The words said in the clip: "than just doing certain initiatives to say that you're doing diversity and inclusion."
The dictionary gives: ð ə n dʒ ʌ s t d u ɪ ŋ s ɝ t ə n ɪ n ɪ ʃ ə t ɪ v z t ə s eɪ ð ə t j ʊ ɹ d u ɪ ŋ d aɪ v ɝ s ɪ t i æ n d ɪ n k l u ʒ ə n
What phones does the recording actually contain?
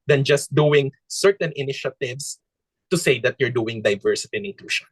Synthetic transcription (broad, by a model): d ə n dʒ ʌ s t d u ɪ ŋ s ɝ t ə n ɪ n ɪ ʃ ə t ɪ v s t ə s eɪ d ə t j ʊ ɹ d u ɪ ŋ d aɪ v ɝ s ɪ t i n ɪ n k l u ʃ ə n